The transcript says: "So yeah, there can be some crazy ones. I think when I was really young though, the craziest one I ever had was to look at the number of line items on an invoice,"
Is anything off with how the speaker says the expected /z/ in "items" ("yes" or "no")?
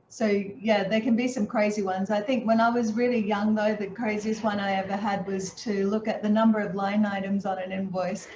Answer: no